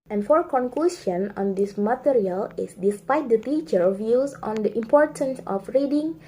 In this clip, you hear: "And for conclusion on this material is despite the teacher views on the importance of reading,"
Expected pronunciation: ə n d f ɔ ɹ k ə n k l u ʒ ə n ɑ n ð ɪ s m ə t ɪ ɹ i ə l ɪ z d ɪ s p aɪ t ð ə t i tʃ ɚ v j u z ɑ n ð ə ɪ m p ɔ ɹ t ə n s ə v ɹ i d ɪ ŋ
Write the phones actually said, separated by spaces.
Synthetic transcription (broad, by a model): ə n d f ɔ ɹ k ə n k l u s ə n ɑ n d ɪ s m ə t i ɹ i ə l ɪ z d ɪ s p aɪ t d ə t i tʃ ɚ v j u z ɑ n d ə ɪ m p ɔ ɹ t ə n s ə f ɹ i d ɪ ŋ